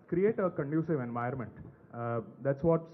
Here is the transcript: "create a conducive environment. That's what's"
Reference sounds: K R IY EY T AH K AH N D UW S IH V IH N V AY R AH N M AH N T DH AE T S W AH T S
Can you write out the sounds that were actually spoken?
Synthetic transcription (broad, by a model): K R IY EY T AH K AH N D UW S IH V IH N V AY AH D M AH N T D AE T S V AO T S